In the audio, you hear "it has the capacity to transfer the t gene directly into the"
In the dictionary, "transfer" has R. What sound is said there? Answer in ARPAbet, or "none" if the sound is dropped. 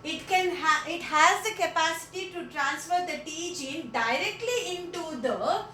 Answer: R